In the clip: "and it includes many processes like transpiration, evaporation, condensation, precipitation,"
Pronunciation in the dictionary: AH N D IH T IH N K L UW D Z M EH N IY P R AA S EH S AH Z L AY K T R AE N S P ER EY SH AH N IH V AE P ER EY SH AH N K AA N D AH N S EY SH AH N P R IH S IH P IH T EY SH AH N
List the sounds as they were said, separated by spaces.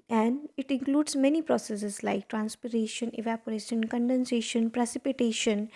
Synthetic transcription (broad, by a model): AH N D IH T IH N K L UW D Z M EH N IY P R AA S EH S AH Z L AY K T R AE N S P ER EY SH AH N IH V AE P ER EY SH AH N K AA N D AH N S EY SH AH N P R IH S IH P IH T EY SH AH N